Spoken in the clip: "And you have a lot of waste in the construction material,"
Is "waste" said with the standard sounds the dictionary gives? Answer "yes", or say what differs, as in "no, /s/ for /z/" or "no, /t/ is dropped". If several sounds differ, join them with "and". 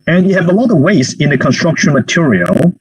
no, /t/ is dropped